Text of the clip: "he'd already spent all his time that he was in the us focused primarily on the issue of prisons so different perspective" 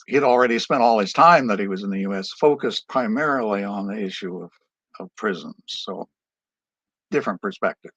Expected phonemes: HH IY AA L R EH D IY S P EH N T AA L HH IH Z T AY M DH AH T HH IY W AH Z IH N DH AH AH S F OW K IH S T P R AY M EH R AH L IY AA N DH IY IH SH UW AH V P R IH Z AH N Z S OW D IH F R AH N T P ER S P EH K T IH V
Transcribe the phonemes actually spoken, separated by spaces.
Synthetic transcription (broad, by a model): HH IY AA L R EH D IY S P EH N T AA L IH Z T AY M DH AH T HH IY W AH Z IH N DH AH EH S F OW K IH S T P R AY M EH R L IY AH N DH IY IH SH UW AH V P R IH Z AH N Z S OW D IH F R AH N P ER S P EH K T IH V